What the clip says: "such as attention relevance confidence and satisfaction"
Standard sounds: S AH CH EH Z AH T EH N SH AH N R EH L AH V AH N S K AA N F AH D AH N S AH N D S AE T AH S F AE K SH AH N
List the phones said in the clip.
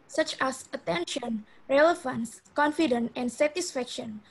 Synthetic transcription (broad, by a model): S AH CH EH S AH T EH N SH AH N R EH L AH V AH N S K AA N F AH D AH N AH N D S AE T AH S F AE K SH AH N